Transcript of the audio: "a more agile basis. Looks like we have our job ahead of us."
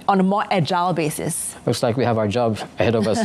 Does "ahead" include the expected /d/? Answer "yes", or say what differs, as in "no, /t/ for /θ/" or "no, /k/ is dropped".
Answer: yes